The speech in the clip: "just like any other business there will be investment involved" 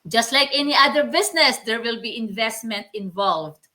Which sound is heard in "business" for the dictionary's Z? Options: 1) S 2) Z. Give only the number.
1